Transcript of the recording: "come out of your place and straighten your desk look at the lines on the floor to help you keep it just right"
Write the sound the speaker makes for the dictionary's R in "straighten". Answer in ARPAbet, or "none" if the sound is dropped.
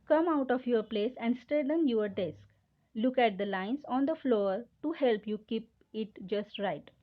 none